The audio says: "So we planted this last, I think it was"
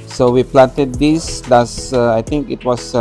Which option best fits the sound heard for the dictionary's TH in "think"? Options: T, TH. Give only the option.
T